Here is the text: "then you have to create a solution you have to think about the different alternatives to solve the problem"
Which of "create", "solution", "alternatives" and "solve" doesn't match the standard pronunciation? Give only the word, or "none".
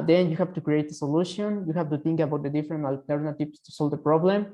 alternatives